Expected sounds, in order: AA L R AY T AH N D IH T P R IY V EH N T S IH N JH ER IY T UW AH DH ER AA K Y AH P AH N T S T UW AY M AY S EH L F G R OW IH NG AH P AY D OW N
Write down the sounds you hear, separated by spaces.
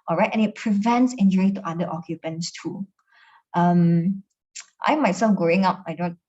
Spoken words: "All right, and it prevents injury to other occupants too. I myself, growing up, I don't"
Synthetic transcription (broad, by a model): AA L R AY T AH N IH T P R IY V EH N T S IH N JH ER IY T UW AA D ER AA K Y AH P AH N T S T UW AY M AY S EH L F G R OW IH NG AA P AY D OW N